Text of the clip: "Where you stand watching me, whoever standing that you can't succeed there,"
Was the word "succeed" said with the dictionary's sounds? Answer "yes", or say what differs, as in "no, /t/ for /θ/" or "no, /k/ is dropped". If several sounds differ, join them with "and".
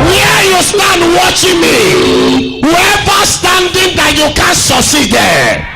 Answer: no, /k/ is dropped